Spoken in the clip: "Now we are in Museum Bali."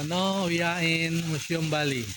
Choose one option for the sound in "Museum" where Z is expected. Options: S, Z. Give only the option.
S